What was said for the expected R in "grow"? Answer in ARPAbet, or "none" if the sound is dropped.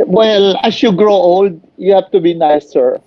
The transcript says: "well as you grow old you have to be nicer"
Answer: R